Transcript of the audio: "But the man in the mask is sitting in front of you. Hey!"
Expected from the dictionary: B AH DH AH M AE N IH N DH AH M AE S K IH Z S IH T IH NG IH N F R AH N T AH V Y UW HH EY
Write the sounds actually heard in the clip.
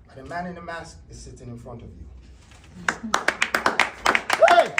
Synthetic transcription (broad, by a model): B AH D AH M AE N IH N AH M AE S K IH Z S IH T IH NG IH N F R AH N T AH V Y UW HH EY